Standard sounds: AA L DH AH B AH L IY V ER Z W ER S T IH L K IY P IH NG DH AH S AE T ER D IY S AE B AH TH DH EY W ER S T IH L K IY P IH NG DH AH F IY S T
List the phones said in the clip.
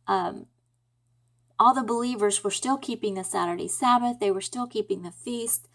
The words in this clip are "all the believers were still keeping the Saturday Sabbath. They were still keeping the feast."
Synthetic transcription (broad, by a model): AA L DH AH B AH L IY V ER Z W ER S T IH L K IY P IH NG DH AH S AE T ER D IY S AE B AH TH DH EY W ER S T IH L K IY P IH NG DH AH F IY S T